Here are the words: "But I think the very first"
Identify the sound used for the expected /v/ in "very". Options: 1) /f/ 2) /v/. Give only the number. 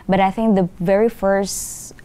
2